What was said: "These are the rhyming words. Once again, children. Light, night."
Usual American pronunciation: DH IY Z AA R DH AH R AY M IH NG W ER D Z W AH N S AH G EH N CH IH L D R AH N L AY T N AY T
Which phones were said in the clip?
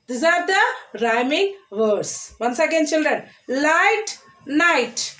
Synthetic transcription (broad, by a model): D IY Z AA R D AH R AY M IH NG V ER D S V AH N S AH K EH N CH IH L D R AH N L AY T N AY T